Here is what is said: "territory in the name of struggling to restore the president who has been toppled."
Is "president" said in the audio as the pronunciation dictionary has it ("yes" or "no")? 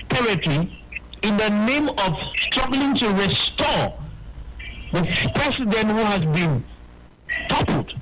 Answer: no